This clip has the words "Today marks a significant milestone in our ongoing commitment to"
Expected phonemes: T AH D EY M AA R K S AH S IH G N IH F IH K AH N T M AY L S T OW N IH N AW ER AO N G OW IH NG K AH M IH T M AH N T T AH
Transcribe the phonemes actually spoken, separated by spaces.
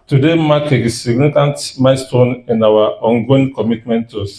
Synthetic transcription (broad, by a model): T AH D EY M AA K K AH S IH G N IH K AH N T M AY S T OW N IH N AW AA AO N G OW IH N K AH M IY T M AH N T T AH